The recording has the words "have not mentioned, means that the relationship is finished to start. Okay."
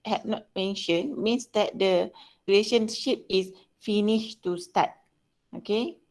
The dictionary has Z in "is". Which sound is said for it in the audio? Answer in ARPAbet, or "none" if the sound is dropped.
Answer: S